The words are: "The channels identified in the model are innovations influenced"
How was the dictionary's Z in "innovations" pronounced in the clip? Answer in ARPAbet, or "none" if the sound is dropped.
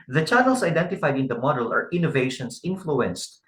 S